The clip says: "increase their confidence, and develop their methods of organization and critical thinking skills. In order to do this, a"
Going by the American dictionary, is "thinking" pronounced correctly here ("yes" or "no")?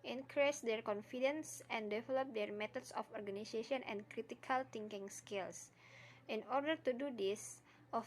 no